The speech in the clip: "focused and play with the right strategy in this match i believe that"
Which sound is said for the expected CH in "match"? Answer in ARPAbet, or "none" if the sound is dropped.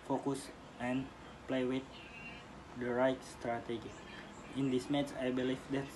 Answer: S